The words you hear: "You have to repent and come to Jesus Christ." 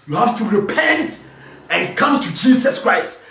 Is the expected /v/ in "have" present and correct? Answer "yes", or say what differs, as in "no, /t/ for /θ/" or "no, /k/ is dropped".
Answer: no, /f/ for /v/